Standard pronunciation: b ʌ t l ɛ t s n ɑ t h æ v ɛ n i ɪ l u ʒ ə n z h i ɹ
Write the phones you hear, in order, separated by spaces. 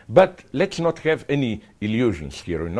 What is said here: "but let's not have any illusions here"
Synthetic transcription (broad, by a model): b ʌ t l ɛ t s n ɑ t h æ v ɛ n i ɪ l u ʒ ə n s h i ɹ